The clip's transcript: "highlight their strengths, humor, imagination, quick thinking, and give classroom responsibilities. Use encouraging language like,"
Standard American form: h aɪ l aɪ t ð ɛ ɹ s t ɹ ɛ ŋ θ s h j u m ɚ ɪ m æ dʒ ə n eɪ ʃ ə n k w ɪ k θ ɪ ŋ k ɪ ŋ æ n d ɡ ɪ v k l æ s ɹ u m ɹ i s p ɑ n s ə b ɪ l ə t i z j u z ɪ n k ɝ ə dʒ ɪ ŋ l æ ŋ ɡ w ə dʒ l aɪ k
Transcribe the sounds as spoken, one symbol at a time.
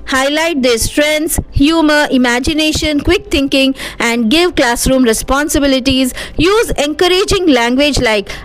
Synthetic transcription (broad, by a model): h aɪ l aɪ t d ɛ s t ɹ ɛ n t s h j u m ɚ ɪ m æ dʒ ə n eɪ ʃ ə n k w ɪ k t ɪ ŋ k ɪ ŋ æ n d ɡ ɪ v k l æ s ɹ u m ɹ i s p ɑ n s ə b ɪ l ə t i z j u z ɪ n k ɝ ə dʒ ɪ ŋ l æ ŋ ɡ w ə dʒ l aɪ k